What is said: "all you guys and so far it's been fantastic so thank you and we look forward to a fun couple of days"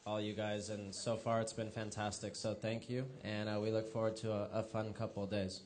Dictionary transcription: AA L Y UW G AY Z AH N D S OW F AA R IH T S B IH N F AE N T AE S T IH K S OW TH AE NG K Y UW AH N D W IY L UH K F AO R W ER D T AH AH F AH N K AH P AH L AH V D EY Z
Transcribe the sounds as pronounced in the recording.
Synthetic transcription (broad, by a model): AA L Y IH G AY Z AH N S OW F AA R IH T S B IH N F AE N T AE S T IH K S OW TH AE NG K Y UW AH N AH W IY L UH K F AO R W ER D T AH AH F AH N K AH P L D EY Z